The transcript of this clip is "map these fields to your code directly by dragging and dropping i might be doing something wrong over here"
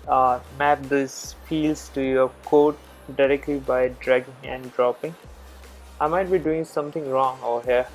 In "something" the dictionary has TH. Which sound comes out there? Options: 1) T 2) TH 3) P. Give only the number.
1